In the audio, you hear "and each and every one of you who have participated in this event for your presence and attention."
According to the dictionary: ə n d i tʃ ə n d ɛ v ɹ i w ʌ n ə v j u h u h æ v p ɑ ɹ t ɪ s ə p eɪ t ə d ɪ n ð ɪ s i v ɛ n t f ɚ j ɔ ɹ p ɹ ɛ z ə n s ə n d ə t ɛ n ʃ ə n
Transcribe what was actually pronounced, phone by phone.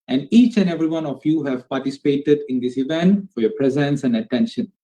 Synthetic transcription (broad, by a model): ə n d i tʃ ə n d ɛ v ɹ i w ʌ n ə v j u h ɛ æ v p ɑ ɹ t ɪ s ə p eɪ t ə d ɪ n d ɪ s i v ɛ n t f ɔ j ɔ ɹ p ɹ ɛ z ə n s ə n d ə t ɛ n ʃ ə n